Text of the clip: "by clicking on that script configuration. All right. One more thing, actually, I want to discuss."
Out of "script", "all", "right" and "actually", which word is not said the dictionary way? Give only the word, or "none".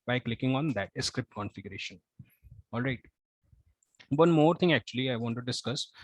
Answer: none